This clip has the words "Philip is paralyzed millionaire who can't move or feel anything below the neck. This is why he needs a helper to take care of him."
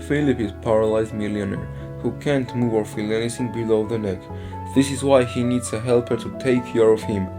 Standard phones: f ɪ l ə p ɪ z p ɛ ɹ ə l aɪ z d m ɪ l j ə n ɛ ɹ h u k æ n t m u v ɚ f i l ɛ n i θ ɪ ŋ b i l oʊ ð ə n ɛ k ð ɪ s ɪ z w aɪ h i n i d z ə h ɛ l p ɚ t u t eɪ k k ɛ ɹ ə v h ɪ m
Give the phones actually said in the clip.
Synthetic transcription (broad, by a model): f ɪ l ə p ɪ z p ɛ ɹ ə l aɪ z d m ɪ l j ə n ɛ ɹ h u k æ n t m u v ɚ f i l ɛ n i s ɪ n b i l oʊ ð ə n ɛ k ð ɪ s ɪ z w aɪ h i n i d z ə h ɛ l p ɚ t u t eɪ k k ɛ ɹ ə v h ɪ m